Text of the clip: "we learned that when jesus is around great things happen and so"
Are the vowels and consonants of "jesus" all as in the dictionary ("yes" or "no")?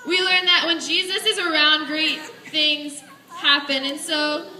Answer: yes